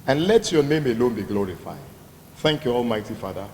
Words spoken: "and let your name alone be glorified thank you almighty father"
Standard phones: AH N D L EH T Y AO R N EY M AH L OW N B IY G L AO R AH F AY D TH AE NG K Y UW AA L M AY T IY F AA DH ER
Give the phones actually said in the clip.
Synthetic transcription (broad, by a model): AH N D L EH T Y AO N EY M AH L OW N B IY G L AO R AH F AY D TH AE NG K Y UW AA L M AY T IY F AA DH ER